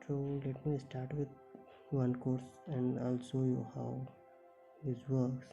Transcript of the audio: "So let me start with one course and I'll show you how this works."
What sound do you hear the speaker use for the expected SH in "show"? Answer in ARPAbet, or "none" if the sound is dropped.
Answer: S